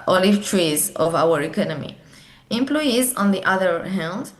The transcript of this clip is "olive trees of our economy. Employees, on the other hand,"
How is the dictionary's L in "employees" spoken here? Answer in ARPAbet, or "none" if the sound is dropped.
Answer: L